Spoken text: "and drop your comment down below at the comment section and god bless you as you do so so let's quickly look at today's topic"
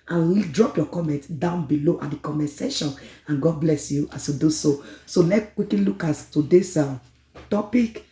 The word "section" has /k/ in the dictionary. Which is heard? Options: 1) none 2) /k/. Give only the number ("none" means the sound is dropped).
1